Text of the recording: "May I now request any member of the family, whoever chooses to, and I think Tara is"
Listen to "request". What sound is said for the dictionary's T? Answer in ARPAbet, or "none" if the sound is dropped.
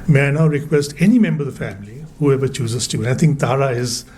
T